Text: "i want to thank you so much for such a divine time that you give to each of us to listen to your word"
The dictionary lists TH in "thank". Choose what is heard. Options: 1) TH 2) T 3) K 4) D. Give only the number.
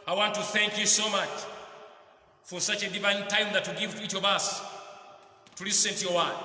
1